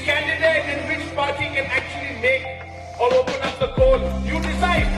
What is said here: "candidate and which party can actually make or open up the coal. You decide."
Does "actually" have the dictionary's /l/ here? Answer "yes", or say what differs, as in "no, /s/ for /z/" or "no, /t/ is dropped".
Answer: yes